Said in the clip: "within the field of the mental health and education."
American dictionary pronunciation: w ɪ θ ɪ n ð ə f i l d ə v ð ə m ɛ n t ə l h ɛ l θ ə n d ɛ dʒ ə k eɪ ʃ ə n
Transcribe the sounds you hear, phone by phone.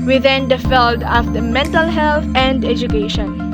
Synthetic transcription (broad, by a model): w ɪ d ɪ n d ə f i l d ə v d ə m ɛ n t ə l h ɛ l t ə n d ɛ dʒ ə k eɪ ʃ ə n